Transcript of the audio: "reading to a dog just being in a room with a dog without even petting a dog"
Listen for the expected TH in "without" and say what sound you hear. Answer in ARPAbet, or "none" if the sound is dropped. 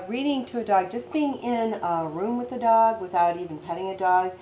TH